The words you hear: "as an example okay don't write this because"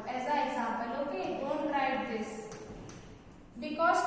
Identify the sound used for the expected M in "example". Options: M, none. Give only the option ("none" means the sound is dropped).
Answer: none